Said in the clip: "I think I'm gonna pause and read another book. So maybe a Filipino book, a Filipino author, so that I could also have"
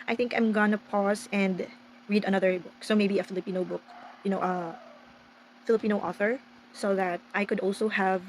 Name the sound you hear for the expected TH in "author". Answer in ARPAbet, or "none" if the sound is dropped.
TH